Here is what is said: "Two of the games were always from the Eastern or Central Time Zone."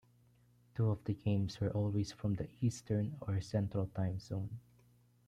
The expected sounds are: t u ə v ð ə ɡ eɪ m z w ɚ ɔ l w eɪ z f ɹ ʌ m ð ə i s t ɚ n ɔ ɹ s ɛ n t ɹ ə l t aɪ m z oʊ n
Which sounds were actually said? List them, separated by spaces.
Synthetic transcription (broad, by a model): t u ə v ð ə ɡ eɪ m s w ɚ ɔ l w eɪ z f ɹ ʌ m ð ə i s t ɚ n ɔ ɹ s ɛ n t ɹ ə l t aɪ m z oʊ n